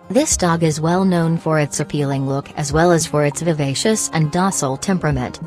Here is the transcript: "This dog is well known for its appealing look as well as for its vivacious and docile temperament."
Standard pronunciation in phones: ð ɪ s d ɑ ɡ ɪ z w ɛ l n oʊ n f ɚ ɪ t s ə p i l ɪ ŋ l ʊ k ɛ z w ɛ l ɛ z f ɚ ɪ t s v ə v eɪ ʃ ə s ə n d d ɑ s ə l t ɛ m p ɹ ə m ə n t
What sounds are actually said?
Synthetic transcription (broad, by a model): ð ɪ s d ɑ ɡ ɪ z w ɛ l n oʊ n f ɚ ɪ t s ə p i l ɪ ŋ l ʊ k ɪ z w ɛ l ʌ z f ɚ ɪ t s v ə v eɪ ʃ ə s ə n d d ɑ s l t ɛ m p ɹ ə m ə n t